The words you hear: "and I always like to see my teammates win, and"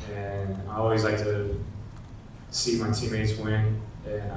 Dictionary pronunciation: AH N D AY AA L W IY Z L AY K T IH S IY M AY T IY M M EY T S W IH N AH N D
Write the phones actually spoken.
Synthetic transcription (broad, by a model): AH N AY AA L W IY Z L AY K T IH S IY M AY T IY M M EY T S W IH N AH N